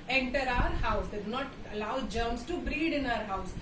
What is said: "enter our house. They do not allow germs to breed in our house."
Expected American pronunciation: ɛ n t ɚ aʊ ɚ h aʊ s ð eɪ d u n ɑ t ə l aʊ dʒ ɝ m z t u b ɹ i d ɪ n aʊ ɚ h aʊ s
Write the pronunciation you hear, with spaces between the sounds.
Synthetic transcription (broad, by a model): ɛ n t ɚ aʊ ɚ h aʊ s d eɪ d u n ɑ t ə l aʊ dʒ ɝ m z t u b ɹ i d ɪ n aʊ ɚ h aʊ s